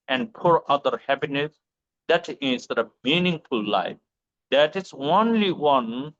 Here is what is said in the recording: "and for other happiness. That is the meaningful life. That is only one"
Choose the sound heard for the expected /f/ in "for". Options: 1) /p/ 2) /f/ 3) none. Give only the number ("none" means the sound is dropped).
1